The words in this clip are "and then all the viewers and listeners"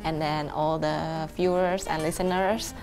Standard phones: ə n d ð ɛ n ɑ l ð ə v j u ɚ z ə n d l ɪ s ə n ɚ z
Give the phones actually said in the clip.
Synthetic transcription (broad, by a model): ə n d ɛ n ɑ l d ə f j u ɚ s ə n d l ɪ s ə n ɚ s